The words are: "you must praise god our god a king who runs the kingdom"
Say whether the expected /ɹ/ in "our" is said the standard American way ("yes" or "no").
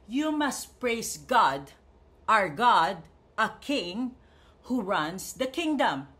yes